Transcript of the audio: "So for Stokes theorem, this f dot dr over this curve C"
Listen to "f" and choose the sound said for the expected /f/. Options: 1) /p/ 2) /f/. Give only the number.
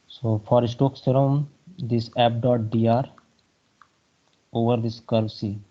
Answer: 1